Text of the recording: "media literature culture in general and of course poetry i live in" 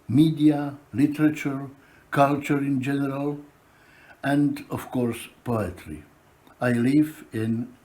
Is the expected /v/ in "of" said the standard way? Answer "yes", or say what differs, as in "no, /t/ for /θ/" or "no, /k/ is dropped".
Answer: no, /f/ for /v/